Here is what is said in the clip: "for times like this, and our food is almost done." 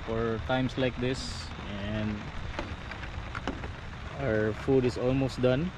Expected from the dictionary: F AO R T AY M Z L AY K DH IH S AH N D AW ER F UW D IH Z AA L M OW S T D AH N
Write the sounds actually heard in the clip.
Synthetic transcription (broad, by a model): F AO R T AY M S L AY K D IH S AH N D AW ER F UW D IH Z AA L M OW S T D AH N